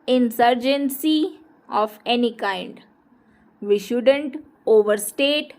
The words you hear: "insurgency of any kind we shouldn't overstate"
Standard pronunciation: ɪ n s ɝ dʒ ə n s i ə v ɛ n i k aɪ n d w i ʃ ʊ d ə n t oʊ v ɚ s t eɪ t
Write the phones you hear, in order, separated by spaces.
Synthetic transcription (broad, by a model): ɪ n s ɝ dʒ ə n s i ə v ɛ n i k aɪ n d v i ʃ ʊ d ə n t oʊ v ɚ s t eɪ t